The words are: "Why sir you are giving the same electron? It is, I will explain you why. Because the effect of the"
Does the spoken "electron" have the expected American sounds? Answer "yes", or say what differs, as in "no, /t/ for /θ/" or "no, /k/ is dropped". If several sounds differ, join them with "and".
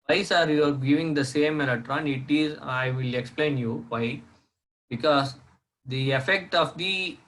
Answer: no, /k/ is dropped